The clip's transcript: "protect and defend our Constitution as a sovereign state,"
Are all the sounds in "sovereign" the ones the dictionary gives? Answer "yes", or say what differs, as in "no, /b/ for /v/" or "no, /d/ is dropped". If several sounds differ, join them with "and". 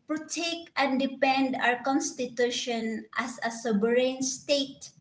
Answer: no, /b/ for /v/